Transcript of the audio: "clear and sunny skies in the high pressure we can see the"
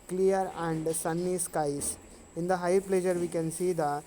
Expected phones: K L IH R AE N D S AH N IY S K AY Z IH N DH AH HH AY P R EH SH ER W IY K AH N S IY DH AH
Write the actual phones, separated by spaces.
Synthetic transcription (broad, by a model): K L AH R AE N D S AH N IY S K AY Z IH N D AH HH AY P L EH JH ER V IY K AH N S IY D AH